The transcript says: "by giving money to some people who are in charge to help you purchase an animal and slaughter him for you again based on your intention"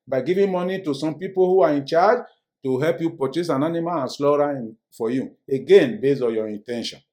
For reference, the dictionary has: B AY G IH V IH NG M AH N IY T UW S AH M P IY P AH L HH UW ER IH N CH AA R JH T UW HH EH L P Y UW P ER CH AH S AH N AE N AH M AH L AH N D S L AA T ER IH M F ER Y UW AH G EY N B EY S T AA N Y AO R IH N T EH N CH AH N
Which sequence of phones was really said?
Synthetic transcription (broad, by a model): B AY G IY V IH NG M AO N IY T UW S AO M P IY P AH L HH UW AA IH N CH AA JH T UW HH EH L P Y UW P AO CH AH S AH N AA N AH M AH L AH N S L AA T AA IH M F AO Y UW AH G EY N B EY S AA N Y AO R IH N T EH N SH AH N